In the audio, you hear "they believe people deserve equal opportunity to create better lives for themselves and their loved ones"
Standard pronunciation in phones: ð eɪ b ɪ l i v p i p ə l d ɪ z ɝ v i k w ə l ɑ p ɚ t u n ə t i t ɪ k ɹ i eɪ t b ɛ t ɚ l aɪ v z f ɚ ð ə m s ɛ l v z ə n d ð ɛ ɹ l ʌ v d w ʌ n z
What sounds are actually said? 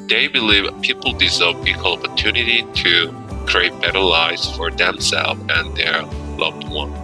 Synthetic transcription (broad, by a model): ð eɪ b ɪ l i v p i p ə l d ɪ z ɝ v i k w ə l ɑ p ɚ t u n ə t i t ɪ k ɹ i eɪ t b ɛ t ɚ l aɪ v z f ɚ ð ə m s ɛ l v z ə n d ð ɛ ɹ l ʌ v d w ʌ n